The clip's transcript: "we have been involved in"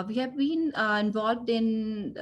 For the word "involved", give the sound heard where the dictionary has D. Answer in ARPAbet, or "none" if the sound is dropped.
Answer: D